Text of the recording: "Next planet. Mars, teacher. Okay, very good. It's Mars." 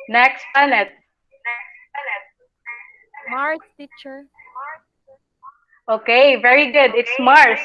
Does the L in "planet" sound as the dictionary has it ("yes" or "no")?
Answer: no